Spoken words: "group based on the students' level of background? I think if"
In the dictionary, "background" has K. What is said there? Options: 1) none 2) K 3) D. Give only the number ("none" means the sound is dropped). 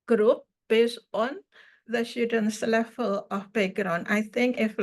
1